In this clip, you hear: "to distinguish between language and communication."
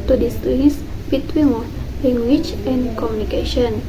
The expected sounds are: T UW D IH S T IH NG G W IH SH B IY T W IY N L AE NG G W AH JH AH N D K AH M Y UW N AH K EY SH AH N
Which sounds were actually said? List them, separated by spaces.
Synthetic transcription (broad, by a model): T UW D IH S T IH S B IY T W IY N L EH NG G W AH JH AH N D K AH M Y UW N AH K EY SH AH N